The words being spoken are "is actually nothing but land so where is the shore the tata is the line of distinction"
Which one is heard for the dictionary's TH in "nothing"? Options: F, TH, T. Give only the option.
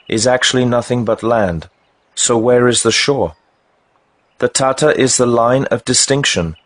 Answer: TH